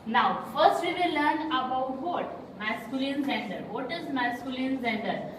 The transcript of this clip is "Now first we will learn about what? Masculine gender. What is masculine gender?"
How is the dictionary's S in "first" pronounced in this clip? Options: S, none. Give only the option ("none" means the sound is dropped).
S